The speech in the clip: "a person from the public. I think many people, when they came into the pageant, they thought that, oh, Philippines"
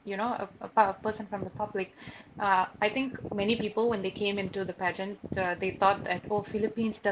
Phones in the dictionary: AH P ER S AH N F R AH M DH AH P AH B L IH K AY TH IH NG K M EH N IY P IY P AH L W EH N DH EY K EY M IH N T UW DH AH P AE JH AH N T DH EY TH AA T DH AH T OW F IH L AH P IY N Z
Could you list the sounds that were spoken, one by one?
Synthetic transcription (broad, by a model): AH P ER S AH N F R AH M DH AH P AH B L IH K AY T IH NG K M EH N IY P IY P AH L W EH N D EY K EY M IH N T UW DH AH P AE JH AH N T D EY T AA T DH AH T OW F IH L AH P IY N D